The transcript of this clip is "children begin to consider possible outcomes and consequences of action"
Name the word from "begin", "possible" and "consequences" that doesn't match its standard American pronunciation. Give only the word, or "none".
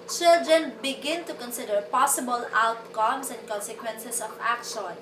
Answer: consequences